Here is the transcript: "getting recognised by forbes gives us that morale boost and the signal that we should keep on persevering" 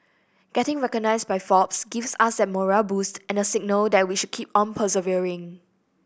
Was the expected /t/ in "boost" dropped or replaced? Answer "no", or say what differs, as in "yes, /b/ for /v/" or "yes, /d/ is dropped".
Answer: no